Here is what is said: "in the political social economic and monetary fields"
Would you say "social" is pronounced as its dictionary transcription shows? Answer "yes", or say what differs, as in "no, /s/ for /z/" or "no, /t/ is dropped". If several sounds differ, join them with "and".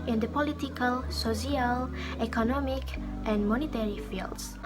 no, /s/ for /ʃ/